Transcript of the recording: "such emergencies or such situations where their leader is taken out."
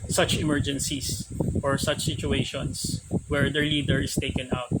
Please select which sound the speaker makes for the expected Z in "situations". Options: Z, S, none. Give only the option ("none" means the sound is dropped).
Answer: S